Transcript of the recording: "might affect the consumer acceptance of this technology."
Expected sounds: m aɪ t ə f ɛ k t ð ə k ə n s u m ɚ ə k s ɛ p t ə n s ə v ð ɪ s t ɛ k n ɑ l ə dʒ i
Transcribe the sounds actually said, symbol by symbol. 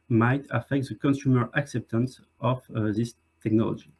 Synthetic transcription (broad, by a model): m aɪ t ə f ɛ k t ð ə k ə n s u m ɚ ə k s ɛ p t ə n s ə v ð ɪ s t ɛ k n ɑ l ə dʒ i